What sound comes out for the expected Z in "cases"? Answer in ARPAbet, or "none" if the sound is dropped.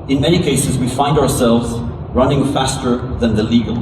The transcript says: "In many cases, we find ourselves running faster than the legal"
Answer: Z